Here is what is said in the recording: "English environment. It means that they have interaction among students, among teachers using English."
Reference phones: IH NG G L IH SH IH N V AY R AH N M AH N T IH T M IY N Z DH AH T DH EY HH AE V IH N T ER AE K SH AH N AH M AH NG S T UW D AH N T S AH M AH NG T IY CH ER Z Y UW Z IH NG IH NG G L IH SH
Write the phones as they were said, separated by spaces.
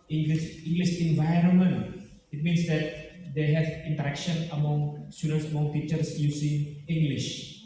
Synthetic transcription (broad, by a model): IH NG G L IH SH IH N V AY R AH N M AH N T IH T M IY N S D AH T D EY HH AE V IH N T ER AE K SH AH N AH M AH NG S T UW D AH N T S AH M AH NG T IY CH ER S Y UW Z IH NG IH NG G L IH SH